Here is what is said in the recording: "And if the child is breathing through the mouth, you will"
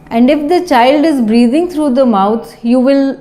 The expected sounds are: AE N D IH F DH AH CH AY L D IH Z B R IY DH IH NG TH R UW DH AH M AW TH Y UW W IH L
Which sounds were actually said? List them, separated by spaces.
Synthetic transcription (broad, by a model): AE N D IH F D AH CH AY L D IH Z B R IY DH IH NG T R UW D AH M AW T Y UW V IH L